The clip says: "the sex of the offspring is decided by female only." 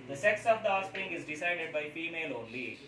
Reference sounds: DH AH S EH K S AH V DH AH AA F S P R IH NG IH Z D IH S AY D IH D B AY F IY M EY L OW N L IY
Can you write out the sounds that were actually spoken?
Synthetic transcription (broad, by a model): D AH S EH K S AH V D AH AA S P R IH NG IH Z D IH S AY D IH D B AY F IY M EY L OW N L IY